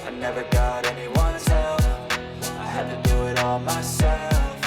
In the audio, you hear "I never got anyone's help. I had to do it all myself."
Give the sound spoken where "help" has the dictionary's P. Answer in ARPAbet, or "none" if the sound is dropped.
F